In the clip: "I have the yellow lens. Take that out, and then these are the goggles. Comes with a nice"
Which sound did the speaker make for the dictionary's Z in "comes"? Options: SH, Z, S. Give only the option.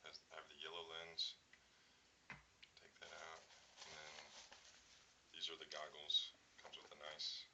Z